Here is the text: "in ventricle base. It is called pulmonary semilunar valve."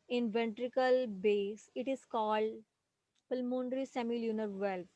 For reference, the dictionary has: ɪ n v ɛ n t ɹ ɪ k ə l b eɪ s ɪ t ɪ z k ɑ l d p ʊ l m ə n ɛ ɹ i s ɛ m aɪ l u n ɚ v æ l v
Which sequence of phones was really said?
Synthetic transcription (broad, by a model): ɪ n v ɛ n t ɹ ɪ k ə l b eɪ s ɪ t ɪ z k ɑ l d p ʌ l m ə n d ɹ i s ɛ m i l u n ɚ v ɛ l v